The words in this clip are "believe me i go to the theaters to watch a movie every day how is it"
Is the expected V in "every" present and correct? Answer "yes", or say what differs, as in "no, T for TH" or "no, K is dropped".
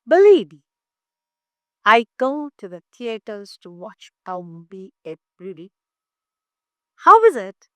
no, B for V